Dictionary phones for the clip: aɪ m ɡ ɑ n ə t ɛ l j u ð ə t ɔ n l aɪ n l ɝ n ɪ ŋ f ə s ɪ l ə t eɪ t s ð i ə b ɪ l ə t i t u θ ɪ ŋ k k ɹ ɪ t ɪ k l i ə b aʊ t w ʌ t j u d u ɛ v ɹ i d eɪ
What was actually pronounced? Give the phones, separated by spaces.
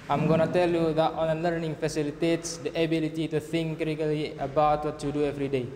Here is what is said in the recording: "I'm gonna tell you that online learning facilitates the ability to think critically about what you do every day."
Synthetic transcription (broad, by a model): aɪ m ɡ ɑ n ə t ɛ l j u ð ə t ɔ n ʌ l ɝ n ɪ ŋ f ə s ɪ l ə t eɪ t s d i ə b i l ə t i t u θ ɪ ŋ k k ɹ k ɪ l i ə b aʊ t w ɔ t j u d u ɛ v ɹ i d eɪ